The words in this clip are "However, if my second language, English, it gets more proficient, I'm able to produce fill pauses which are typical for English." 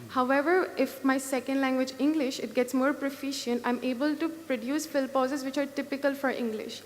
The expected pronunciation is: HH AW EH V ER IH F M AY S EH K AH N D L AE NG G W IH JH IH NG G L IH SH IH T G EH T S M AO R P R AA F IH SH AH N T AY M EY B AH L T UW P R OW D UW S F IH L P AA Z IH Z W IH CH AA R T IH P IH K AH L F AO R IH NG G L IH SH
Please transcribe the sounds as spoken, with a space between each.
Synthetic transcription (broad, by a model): HH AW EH V ER IH F M AY S EH K AH N D L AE NG G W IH JH IH NG G L IH SH IH T G EH T S M AO R P R AA F IH SH AH N T AY M EY B AH L T UW P R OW D UW S F IH L P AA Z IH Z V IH CH AA R T IH P IH K AH L F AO R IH NG G L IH SH